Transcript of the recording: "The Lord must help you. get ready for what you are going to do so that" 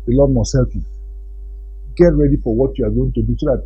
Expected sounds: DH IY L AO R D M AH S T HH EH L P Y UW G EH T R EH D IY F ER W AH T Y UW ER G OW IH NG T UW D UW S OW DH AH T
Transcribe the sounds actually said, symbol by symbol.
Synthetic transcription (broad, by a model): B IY L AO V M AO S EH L F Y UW G EH T R EH D IY F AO W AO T Y UW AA G OW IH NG T UW D UW S OW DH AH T